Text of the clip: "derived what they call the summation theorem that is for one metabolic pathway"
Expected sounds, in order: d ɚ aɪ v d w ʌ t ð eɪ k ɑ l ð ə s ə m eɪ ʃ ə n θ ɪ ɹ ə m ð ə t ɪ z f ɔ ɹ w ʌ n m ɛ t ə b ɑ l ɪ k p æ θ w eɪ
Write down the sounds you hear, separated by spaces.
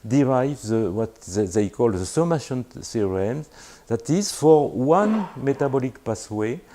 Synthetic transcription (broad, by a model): d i aɪ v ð w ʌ t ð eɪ k ɑ l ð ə s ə m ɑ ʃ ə n s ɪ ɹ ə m ð ə t ɪ z f ɔ ɹ w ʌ n m ɛ t ə b ɑ l ɪ k p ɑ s w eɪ